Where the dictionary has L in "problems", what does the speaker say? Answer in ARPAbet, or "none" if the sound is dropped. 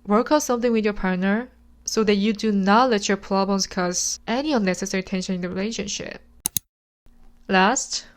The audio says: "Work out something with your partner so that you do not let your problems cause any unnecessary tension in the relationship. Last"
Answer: none